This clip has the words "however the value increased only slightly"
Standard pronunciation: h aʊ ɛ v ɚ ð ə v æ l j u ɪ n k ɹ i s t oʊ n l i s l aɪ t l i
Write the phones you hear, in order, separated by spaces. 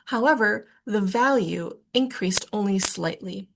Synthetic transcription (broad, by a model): h aʊ ɛ v ɚ ð ə v æ l j u ɪ n k ɹ i s t oʊ n l i s l aɪ t l i